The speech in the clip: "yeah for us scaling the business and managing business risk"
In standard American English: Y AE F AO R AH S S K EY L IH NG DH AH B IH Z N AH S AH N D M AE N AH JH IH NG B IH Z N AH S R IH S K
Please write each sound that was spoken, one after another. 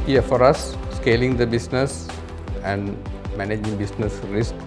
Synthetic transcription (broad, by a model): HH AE F AO R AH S S K EY L IH NG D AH B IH S N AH S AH N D M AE N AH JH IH NG B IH S N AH S R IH S K